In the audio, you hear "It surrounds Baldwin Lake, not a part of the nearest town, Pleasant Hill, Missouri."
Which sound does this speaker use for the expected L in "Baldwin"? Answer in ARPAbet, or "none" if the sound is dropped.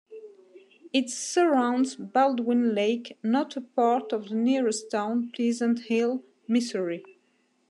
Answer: L